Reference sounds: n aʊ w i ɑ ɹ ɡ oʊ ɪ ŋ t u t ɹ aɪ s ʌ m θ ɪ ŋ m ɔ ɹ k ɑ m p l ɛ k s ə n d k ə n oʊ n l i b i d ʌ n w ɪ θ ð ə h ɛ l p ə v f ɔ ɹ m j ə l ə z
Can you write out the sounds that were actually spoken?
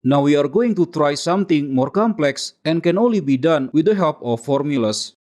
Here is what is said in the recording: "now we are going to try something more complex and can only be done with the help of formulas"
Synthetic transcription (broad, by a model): n aʊ w i ɑ ɹ ɡ oʊ ɪ ŋ t u t ɹ aɪ s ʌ m t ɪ ŋ m ɔ ɹ k ɑ m p l ɛ k s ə n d k ə n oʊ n l i b i d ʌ n w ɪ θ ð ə h ɛ l p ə f ɔ ɹ m j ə l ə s